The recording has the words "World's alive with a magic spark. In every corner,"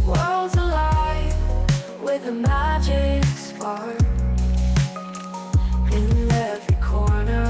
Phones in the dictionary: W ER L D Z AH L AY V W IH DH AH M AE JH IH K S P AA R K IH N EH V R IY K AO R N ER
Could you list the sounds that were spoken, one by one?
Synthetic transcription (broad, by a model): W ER L Z AH L AY V W IH DH AH M AE JH IH K S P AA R IH N EH V R IY K AO R N ER